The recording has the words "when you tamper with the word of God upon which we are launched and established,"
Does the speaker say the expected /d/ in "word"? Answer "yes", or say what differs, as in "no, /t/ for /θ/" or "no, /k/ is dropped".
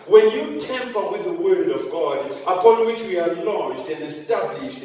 yes